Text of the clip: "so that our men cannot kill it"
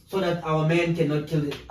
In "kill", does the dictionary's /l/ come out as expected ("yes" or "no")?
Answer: yes